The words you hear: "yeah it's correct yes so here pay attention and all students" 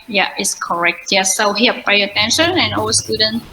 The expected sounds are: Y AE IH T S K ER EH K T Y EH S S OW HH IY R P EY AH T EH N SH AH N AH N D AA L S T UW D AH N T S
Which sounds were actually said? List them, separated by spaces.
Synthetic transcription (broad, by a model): Y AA IH T S K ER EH K T Y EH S S OW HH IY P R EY AH T EH N SH AH N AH N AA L S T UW D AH N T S